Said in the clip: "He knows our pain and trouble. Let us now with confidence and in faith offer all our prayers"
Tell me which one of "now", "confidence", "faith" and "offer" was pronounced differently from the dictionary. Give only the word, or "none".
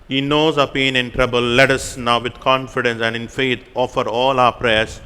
faith